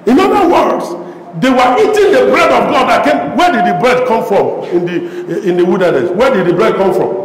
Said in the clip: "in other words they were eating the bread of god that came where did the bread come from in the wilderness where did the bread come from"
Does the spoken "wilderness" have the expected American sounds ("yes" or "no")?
no